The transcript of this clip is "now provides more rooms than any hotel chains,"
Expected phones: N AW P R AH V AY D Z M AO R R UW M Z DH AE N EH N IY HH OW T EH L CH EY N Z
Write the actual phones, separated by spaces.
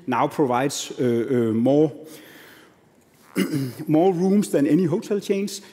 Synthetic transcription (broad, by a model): N AW P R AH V AY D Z M AO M R UW M S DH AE N EH N IY HH OW S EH L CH EY N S